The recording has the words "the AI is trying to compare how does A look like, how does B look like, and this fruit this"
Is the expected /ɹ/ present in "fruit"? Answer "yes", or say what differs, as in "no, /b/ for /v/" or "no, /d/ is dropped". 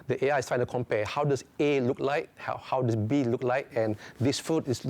no, /ɹ/ is dropped